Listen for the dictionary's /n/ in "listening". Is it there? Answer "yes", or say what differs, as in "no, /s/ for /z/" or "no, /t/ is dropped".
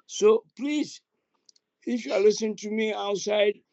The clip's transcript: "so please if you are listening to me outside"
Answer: no, /n/ is dropped